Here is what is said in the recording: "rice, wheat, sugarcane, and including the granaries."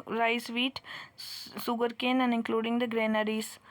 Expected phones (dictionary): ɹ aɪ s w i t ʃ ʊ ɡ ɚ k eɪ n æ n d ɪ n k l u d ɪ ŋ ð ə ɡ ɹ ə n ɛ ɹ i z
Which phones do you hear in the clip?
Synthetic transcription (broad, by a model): ɹ aɪ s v i t s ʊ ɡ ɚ k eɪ n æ n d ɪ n k l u d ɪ ŋ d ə ɡ ɹ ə n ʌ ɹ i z